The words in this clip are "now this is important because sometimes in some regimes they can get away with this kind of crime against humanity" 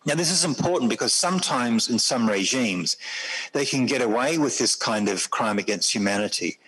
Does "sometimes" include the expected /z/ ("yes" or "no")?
yes